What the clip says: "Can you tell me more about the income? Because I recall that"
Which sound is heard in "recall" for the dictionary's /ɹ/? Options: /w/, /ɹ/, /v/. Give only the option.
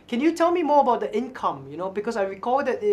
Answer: /ɹ/